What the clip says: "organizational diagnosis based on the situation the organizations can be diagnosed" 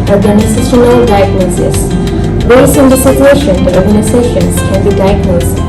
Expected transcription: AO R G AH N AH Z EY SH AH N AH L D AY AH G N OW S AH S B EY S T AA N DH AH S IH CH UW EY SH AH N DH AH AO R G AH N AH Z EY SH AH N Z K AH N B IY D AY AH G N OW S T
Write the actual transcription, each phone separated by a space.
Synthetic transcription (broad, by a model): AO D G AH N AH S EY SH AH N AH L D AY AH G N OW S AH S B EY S IH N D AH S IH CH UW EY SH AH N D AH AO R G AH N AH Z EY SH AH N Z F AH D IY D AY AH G N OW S